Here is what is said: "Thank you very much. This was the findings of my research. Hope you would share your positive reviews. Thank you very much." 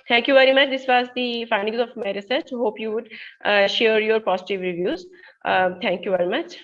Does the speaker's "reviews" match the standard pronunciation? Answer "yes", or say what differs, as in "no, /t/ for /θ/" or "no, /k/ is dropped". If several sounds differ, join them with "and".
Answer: yes